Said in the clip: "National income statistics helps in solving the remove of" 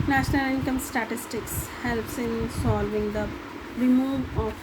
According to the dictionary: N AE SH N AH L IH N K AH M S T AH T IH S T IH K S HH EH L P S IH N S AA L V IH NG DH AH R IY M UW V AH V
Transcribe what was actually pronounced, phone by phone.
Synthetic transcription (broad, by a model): N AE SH N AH L IH N K AH M S T AH T IH S T IH K S HH EH L P S IH N S AA L V IH NG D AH R IY M UW V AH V